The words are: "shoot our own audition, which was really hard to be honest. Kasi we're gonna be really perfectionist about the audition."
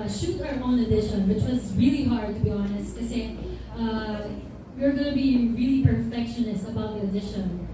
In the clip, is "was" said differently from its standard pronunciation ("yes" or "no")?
no